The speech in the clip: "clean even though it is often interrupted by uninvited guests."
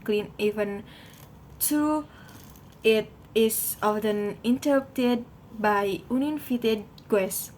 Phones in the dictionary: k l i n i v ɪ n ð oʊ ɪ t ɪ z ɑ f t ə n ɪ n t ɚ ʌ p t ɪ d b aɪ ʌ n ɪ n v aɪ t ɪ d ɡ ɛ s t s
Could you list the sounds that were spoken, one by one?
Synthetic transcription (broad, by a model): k l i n i v ɪ n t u ɪ t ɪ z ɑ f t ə n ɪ n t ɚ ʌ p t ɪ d b aɪ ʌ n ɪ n f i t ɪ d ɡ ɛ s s